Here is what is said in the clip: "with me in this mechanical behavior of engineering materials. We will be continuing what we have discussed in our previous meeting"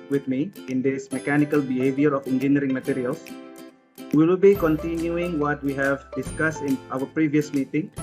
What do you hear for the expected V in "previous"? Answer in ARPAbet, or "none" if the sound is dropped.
V